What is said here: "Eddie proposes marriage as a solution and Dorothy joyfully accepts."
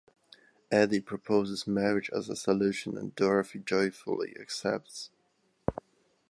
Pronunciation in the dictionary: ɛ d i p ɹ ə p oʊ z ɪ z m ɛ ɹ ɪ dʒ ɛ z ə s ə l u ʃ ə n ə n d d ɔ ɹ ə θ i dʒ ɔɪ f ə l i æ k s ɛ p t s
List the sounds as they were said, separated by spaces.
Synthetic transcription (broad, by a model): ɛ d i p ɹ ə p oʊ z ɪ z m ɛ ɹ ɪ dʒ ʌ z ə s ə l u ʃ ə n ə n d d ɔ ɹ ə f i dʒ ɔɪ f ə l i æ k s ɛ p t s